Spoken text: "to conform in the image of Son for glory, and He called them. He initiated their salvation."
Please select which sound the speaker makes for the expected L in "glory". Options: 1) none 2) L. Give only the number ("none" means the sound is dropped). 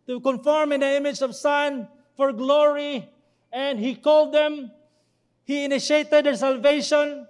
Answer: 2